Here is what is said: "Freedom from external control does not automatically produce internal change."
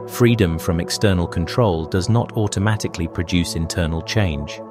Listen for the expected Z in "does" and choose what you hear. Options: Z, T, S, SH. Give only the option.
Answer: Z